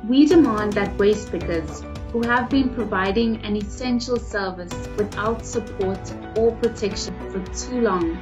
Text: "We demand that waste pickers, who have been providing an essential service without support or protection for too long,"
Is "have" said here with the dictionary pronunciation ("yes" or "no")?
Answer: yes